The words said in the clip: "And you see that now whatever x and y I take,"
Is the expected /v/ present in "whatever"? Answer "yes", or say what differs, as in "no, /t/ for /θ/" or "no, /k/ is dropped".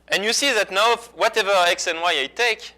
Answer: yes